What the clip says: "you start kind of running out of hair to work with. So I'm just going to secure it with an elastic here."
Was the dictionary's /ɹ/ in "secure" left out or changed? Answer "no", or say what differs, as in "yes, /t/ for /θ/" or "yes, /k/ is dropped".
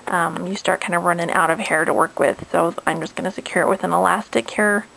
no